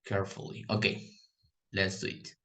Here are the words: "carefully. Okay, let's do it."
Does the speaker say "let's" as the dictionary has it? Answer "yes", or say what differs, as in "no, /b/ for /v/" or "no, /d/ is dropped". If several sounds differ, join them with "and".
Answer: no, /n/ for /l/